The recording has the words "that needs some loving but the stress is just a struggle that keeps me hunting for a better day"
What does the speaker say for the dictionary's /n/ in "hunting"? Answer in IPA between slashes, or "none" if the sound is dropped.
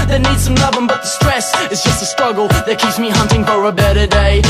/n/